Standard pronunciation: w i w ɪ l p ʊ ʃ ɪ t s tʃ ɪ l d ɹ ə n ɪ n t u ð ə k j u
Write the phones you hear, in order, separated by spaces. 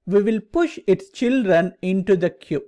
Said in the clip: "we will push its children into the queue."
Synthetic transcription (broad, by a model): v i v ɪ l p ʊ ʃ ɪ t s tʃ ɪ l d ɹ ə n ɪ n t u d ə k j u